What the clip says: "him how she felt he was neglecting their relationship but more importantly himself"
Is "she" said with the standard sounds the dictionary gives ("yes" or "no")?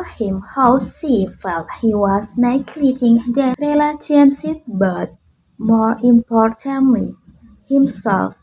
no